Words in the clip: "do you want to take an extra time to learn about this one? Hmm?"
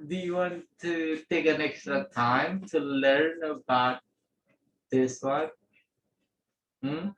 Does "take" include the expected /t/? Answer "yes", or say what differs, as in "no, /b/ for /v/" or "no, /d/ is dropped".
yes